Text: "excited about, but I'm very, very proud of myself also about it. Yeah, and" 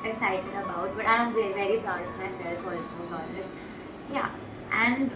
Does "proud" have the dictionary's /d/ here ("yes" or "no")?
no